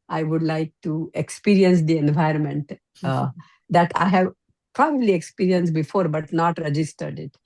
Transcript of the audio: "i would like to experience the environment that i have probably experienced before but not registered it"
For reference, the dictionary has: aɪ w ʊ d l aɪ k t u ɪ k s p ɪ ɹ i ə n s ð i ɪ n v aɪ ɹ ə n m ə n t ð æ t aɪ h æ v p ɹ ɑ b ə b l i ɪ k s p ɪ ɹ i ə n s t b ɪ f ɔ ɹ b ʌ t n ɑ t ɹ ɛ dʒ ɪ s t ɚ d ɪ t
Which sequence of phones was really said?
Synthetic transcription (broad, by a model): aɪ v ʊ d l aɪ k t u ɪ k s p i ɹ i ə n s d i ɪ n v aɪ ɹ ə n m ə n t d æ t aɪ h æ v p ɹ ɑ b ə b l i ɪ k s p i ɹ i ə n s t b ɪ f ɔ ɹ b ʌ t n ɑ t ɹ ɛ dʒ ɪ s t ɚ d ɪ t